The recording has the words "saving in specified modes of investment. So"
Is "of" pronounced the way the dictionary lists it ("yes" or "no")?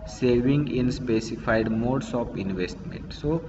no